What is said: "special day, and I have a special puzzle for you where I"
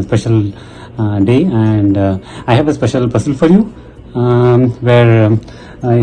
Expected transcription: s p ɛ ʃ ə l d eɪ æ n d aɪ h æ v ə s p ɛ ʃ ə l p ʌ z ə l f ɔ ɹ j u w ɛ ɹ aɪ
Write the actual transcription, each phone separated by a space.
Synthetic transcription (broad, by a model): s p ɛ ʃ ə l d eɪ æ n d aɪ h æ v ə s p ɛ ʃ ə l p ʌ s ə l f ɔ ɹ j u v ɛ ɹ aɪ